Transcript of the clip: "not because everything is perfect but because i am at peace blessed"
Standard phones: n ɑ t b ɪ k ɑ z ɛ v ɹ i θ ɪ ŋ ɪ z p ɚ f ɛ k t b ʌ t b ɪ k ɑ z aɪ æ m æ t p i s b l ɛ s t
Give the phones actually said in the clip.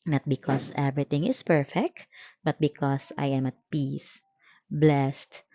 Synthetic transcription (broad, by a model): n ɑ t b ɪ k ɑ s ɛ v ɹ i t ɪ ŋ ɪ s p ɚ f ɛ k t b ʌ t b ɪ k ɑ s aɪ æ m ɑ t p i s b l ɛ s t